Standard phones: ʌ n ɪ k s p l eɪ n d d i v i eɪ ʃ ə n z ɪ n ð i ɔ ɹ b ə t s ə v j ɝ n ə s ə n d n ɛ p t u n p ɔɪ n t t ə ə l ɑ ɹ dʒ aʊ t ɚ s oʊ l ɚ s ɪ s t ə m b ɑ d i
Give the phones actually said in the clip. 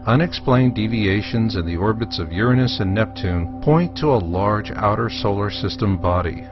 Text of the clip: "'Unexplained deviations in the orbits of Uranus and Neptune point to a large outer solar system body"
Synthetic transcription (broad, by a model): ʌ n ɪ k s p l eɪ n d d i v i eɪ ʃ ə n z ɪ n ð i ɔ ɹ b ə t s ə v j ɝ n ə s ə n n ɛ p t u n p ɔɪ n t t ə ə l ɑ ɹ dʒ aʊ t ɚ s oʊ l ɚ s ɪ s t ə m b ɑ d i